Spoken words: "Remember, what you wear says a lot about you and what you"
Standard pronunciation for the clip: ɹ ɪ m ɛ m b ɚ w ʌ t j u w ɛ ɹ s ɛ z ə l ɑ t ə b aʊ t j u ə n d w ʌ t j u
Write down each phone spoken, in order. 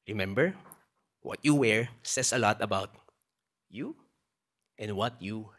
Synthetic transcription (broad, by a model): ɹ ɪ m ɛ m b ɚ w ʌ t j u w ɛ ɹ s ɛ s ə l ɑ t ə b aʊ t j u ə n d w ʌ t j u